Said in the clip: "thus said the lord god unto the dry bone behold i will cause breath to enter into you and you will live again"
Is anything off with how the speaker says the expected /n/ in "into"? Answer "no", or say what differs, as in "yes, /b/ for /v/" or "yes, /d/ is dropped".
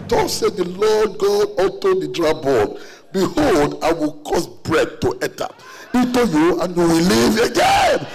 yes, /n/ is dropped